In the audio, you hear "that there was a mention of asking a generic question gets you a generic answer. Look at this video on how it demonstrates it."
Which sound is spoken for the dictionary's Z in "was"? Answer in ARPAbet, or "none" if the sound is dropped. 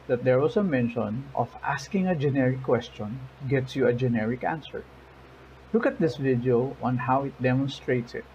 S